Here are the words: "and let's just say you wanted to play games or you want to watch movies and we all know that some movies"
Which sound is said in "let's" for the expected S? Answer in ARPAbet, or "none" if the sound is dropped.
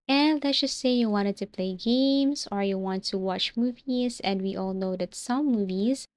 none